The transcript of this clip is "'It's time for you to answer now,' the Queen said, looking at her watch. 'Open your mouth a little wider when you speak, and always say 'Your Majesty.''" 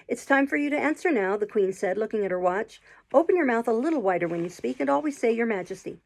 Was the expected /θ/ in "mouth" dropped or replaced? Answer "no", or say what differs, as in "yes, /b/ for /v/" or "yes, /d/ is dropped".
no